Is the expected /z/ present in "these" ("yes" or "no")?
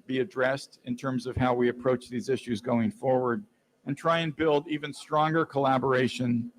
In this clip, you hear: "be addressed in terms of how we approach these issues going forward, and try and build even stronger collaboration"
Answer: yes